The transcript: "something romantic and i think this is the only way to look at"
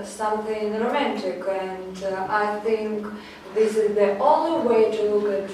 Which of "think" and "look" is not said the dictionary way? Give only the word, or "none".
none